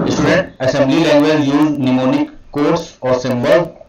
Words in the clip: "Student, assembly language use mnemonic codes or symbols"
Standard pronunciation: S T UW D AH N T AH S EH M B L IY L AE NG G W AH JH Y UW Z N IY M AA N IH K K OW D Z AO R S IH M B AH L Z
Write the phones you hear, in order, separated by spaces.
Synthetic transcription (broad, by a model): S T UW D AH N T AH S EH M B L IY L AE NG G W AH Z Y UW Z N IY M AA N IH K K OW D S AO R S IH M B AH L